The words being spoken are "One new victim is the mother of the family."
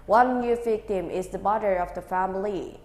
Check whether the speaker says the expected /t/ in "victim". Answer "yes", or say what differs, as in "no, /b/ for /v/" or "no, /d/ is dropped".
yes